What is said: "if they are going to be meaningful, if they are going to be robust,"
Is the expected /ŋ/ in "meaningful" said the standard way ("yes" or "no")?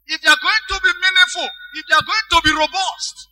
no